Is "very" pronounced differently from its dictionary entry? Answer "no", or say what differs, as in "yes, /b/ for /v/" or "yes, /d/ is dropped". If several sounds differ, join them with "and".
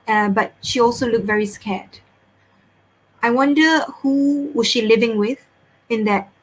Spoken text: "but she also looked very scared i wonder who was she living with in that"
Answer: no